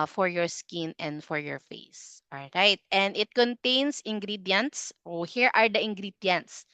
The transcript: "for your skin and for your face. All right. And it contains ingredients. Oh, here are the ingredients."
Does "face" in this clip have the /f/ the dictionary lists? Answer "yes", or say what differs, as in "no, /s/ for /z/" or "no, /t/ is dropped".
yes